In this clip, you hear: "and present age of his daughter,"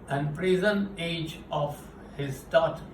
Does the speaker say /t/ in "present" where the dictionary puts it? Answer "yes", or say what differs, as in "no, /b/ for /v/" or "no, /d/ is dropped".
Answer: no, /t/ is dropped